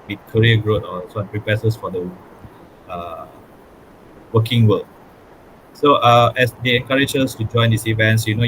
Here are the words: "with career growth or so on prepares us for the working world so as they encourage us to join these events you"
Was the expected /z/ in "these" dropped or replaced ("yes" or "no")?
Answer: yes